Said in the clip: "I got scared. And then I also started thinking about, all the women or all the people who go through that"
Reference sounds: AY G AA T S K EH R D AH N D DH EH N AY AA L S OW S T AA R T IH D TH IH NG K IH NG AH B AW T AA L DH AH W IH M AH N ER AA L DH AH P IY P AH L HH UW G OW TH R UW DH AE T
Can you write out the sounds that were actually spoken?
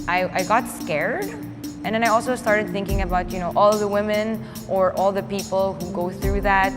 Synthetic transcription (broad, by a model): AY G AA T S K EH R D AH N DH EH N AY AA L S OW S T AA R T IH D TH IH NG K IH NG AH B AW T AA L DH AH W IH M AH N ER AA L DH AH P IY P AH L HH UW G OW TH R UW DH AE T